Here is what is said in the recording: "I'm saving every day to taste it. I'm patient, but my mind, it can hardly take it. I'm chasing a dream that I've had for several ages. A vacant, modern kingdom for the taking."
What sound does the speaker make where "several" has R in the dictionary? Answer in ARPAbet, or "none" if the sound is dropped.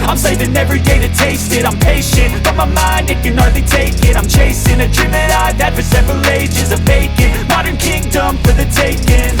R